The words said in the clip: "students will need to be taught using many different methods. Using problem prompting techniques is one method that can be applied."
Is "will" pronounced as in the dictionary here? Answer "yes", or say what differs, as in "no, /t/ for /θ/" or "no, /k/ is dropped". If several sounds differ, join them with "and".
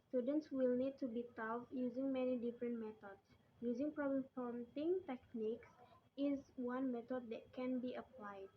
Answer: yes